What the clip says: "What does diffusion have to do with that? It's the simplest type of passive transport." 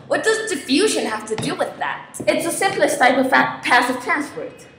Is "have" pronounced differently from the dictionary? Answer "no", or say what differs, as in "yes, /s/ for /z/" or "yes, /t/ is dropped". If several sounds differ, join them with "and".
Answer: yes, /f/ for /v/